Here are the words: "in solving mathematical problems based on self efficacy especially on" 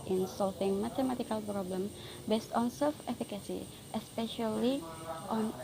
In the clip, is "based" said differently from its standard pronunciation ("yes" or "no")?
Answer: no